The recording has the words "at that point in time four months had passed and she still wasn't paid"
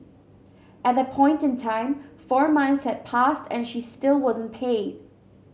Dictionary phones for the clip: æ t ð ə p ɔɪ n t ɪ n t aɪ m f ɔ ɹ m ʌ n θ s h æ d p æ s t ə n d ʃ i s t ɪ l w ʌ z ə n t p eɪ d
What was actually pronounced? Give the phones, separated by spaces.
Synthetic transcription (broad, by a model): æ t ð ə p ɔɪ n t ɪ n t aɪ m f ɔ ɹ m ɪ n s h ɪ d p æ s t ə n ʃ i s t ɪ l w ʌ z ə n p eɪ d